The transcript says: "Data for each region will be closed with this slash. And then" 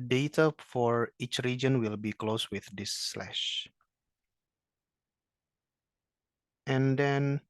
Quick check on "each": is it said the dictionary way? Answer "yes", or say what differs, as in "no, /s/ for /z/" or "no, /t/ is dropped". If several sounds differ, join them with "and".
yes